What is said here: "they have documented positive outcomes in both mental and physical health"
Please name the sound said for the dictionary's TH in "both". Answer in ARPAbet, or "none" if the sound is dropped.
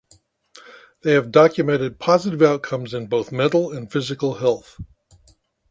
TH